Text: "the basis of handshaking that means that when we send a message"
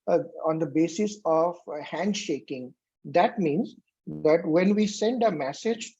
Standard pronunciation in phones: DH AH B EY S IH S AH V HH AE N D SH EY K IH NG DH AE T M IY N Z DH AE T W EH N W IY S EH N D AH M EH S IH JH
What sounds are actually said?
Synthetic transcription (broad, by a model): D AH B EY S IH S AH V HH AE N D SH EY K IH NG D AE T M IY N Z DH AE T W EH N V IY S EH N D AH M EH S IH JH